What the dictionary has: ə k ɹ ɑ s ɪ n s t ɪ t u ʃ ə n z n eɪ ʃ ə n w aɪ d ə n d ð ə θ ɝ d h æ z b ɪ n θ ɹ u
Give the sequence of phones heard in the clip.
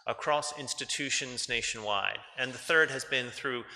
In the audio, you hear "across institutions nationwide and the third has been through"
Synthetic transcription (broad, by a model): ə k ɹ ɑ s ɪ n s t ɪ t u ʃ ə n z n eɪ ʃ n w aɪ d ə n ð ə θ ɝ d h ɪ z b ɪ n θ ɹ u